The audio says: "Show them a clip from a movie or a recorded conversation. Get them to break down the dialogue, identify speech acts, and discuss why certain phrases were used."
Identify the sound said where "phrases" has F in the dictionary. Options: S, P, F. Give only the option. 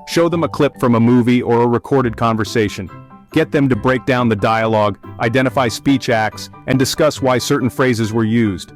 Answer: F